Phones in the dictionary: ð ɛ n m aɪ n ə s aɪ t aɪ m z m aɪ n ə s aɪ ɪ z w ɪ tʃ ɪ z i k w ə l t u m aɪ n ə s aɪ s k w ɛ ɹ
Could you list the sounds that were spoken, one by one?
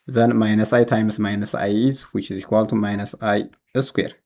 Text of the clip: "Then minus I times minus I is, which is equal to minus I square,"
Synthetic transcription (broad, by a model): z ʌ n m aɪ n ə s aɪ t aɪ m s m aɪ n ə s aɪ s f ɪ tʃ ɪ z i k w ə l t u m aɪ n ə s aɪ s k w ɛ ɹ